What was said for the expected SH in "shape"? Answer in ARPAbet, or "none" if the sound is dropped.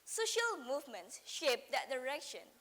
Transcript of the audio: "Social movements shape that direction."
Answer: SH